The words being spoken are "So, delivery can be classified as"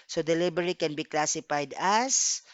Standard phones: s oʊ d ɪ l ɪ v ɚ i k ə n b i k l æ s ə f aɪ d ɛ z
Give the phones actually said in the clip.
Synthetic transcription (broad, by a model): s oʊ d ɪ l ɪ b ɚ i k ə n b i k l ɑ s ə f aɪ d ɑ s